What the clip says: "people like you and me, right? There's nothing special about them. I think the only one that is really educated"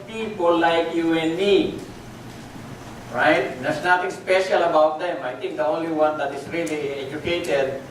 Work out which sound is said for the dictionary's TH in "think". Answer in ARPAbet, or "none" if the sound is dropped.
T